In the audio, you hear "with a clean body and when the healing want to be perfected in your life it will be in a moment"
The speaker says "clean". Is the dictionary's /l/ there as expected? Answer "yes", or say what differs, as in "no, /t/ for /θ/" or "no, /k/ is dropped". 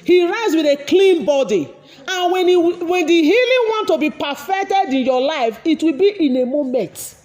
yes